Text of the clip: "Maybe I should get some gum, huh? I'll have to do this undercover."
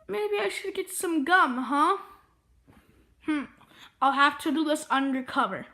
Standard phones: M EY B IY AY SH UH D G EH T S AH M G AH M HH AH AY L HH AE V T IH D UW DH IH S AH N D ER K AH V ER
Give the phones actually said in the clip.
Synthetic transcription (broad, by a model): M EY B IY AY SH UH D G EH T S AH M G AH M HH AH AY L HH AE F T IH D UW DH IH S AH N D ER K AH V ER